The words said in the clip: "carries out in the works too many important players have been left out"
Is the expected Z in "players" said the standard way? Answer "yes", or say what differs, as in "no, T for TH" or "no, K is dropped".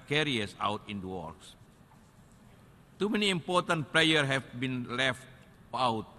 no, Z is dropped